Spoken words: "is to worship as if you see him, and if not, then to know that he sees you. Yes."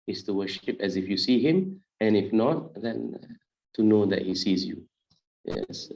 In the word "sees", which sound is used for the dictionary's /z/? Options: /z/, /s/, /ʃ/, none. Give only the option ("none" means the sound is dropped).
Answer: /z/